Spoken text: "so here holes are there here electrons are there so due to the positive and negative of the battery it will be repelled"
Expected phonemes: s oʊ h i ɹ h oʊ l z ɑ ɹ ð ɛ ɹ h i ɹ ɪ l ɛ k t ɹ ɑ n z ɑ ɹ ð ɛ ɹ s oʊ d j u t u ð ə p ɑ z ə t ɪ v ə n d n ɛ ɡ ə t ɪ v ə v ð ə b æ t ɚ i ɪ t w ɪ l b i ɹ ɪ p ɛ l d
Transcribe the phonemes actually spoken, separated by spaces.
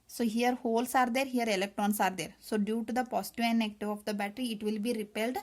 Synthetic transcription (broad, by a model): s oʊ h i ɹ h oʊ l s ɑ ɹ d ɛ ɹ h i ɹ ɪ l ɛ k t ɹ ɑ n s ɑ ɹ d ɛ ɹ s oʊ d j u t u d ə p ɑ s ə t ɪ ə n n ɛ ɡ t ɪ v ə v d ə b æ t ɚ i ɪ t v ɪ l b i ɹ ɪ p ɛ l d